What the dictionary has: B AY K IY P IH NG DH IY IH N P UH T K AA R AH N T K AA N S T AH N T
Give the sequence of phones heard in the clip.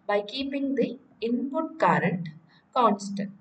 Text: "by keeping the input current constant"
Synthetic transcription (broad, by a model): B AY K IY P IH NG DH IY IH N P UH T K AA R AH N T K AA N S T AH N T